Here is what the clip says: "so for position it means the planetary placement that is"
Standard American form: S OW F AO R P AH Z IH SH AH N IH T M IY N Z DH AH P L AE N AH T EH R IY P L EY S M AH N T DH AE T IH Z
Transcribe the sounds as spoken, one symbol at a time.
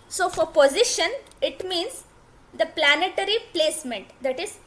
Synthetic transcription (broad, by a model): S OW F AO R P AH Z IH SH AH N IH T M IY N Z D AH P L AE N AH T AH R IY P L EY S M AH N T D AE T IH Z